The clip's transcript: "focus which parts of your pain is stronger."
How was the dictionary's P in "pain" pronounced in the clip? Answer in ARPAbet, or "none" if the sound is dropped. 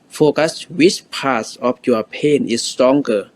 P